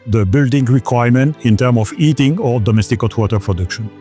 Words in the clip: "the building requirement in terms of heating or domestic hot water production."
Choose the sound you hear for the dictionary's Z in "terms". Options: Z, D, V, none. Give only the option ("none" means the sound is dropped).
none